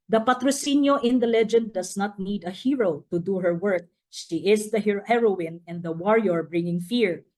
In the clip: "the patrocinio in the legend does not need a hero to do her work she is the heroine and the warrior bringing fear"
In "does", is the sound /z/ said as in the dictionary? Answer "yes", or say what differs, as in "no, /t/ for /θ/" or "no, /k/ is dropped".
no, /s/ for /z/